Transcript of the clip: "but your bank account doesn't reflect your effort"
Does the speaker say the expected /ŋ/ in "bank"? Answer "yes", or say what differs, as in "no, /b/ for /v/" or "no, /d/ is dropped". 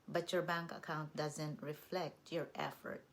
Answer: yes